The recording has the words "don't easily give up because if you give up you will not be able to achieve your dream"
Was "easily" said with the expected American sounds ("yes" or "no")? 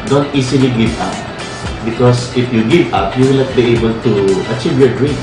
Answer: no